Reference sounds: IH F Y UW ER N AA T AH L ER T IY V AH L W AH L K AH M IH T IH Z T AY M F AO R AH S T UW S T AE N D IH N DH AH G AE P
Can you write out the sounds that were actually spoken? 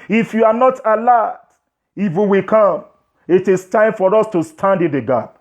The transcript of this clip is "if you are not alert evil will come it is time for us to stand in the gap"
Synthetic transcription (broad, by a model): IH F Y UW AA N AA T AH L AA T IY W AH W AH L K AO M IH T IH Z T AY M F AO R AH S T UW S T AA N D IH N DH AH G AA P